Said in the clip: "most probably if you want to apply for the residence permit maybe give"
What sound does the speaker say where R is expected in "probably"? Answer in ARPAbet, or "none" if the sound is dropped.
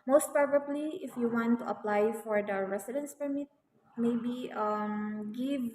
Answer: none